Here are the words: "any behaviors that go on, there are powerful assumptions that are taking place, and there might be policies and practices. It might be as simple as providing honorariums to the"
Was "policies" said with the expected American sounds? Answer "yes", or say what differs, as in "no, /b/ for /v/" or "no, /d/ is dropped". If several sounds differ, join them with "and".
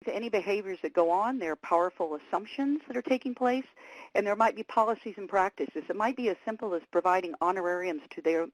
yes